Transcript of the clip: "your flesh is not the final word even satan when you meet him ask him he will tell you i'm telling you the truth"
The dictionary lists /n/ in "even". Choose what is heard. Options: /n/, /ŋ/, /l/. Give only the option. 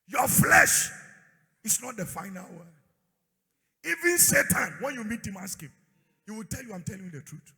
/n/